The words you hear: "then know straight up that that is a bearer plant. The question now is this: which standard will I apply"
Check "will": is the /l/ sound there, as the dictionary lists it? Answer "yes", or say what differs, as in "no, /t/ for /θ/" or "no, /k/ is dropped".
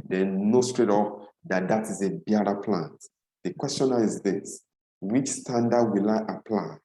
yes